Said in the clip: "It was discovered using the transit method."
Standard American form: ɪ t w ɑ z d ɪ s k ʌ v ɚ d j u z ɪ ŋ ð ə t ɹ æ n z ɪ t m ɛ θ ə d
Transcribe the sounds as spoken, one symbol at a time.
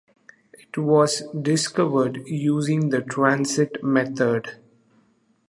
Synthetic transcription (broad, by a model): ɪ t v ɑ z d ɪ s k ʌ v ɚ d j u z ɪ ŋ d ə t ɹ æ n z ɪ t m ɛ t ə d